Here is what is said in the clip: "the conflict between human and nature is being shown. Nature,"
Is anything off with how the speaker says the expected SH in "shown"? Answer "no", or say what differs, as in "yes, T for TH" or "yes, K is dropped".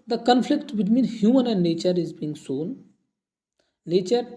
yes, S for SH